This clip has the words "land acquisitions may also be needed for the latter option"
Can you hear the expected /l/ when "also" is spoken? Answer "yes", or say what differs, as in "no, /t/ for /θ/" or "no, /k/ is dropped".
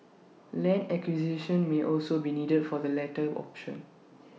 yes